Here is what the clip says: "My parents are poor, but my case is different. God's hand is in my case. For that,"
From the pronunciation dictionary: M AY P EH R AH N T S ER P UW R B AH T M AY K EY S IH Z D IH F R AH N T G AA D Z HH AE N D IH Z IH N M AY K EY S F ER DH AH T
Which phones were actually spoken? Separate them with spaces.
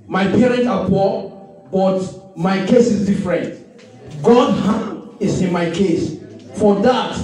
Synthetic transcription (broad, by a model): M AY P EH R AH N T AA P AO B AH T M AY K EY S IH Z D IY F R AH N T G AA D HH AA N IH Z IH N M AY K EY S F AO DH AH T